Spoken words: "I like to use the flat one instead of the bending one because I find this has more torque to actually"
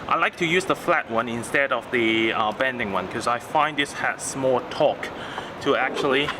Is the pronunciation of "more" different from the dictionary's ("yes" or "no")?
yes